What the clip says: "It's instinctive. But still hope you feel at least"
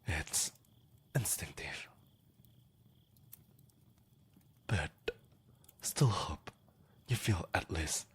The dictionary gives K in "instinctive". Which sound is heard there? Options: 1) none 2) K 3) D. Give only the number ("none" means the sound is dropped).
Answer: 1